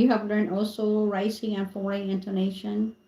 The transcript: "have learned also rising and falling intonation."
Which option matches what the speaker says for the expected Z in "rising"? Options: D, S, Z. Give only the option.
S